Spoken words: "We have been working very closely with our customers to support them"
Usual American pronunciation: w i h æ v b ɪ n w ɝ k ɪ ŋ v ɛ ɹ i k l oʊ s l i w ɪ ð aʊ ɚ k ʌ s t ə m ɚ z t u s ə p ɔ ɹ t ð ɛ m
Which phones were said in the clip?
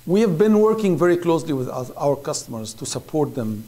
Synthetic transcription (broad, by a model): w i h æ v b ɪ n w ɝ k ɪ ŋ v ɛ ɹ i k l oʊ s l i w ɪ ð aʊ ɚ k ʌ s t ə m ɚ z t u s ə p ɔ ɹ t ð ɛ m